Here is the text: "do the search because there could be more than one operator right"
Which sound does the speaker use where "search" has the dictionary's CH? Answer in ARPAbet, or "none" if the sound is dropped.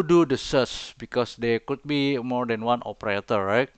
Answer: S